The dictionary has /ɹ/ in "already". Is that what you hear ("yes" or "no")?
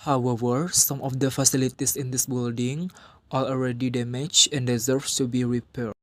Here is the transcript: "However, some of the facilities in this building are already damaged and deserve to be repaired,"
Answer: yes